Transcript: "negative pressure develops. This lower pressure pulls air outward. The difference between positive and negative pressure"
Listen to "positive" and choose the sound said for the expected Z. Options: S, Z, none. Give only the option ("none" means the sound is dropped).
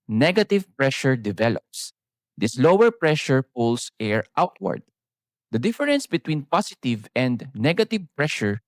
S